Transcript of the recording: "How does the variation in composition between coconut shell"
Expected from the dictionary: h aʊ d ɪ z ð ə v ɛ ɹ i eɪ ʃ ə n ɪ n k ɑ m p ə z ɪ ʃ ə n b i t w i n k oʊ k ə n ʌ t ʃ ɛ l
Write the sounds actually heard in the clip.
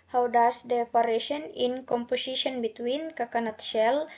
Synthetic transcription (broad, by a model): h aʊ d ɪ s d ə p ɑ ɹ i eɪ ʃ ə n ɪ n k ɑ m p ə s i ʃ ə n b i t w i n k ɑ k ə n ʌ t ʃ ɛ l